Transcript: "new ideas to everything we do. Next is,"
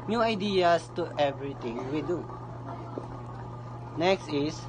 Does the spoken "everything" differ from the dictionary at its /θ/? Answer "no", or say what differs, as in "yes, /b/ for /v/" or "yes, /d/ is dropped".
yes, /t/ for /θ/